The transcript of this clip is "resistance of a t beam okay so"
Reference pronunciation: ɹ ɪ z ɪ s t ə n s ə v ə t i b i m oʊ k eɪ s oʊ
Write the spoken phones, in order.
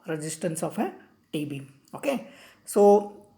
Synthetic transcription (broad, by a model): ɹ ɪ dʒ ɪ s t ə n s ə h ə t i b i oʊ k eɪ s oʊ